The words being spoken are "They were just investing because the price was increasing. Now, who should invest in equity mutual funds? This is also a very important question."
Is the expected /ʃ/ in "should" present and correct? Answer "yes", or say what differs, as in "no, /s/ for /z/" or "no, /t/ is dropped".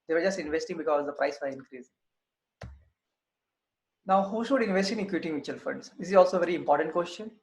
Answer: yes